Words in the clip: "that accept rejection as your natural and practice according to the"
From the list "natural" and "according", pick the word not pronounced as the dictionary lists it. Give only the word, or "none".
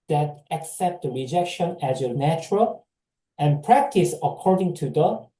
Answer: none